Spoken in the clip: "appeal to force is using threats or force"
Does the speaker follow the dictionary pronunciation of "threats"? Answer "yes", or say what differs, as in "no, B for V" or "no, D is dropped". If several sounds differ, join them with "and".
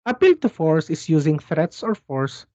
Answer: yes